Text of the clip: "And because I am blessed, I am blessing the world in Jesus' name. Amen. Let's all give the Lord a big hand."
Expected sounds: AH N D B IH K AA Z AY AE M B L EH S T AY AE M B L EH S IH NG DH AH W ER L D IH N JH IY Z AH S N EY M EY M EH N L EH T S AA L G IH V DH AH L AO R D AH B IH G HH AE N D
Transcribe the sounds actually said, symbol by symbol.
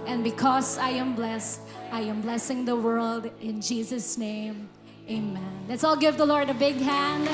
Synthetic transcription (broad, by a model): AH N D B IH K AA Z AY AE M B L EH S T AY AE M B L EH S IH NG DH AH W ER L D IH N JH IY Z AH S N EY M EY M EH N L EH T S AA L G IH V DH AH L AO R D AH B IH G HH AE N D